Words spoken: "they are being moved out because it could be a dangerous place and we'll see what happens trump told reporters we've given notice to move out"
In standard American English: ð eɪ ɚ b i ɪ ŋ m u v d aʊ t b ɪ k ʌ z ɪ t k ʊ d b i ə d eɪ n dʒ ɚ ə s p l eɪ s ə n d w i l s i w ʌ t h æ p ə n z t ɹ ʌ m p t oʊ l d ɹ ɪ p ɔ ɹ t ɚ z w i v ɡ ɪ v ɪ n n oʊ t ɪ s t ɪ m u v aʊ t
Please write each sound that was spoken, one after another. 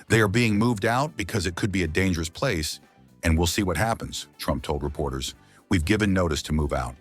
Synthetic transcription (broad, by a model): ð eɪ ɚ b i ɪ ŋ m u v d aʊ t b ɪ k ʌ z ɪ t k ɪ d b i ə d eɪ n dʒ ɚ ə s p l eɪ s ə n w i l s i w ʌ t h æ p ə n z t ɹ ʌ m p t oʊ l d ɹ ɪ p ɔ ɹ t ɚ z w i v ɡ ɪ v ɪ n n oʊ t ɪ s t ɪ m u v aʊ t